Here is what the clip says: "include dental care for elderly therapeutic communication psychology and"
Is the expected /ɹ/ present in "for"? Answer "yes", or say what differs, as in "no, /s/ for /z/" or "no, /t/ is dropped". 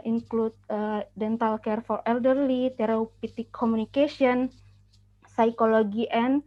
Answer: yes